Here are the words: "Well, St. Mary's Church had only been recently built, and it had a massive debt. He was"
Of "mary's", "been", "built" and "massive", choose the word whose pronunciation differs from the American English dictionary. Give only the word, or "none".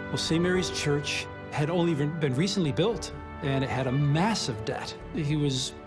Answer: none